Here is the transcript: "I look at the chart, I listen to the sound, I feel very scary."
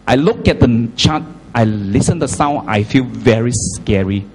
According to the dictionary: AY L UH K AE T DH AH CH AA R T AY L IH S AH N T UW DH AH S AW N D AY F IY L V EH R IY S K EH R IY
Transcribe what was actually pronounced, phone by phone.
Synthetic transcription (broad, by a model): AY L UH K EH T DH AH CH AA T AY L IH S AH N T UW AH S AW N AY F IY L V EH R IY S K EH R IY